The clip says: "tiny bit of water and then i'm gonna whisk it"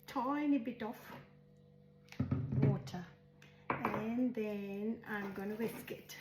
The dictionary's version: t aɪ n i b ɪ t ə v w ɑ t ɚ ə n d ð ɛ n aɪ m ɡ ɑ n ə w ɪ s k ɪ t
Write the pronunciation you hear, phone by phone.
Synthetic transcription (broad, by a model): t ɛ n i b ɪ t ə f w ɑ t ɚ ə n ð ɛ n aɪ m ɡ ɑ n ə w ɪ s k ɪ t